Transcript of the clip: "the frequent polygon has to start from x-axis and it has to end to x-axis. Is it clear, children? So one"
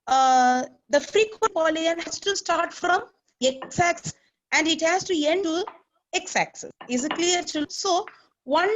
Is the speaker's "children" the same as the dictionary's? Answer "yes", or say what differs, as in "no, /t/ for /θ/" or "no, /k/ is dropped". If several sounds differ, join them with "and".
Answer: no, /l/ is dropped and /l/ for /n/